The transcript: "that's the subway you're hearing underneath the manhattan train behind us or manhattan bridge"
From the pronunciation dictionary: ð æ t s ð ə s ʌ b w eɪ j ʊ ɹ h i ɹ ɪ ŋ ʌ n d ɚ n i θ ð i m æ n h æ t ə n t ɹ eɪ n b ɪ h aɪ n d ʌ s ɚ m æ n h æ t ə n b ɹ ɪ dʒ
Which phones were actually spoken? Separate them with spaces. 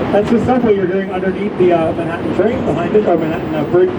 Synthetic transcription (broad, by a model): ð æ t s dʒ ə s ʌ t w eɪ j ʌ ɹ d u ɪ ŋ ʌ n d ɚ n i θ ð i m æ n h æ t n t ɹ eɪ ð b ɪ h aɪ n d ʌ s ɚ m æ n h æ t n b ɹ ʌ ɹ